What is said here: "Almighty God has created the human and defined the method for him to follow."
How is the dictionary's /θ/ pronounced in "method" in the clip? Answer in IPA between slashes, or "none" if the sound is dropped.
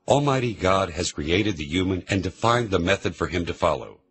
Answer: /θ/